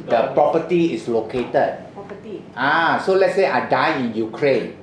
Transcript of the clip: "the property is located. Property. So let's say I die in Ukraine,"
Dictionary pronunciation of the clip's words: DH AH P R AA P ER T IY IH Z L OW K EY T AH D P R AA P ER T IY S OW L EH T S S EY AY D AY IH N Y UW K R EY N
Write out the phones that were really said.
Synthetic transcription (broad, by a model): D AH P R AA P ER T IY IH S L OW K EY T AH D AA S OW L EH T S S EY AY D AY IH N Y UW K R EY N